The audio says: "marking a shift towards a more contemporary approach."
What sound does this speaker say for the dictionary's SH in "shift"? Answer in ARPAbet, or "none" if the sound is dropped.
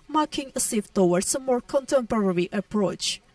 S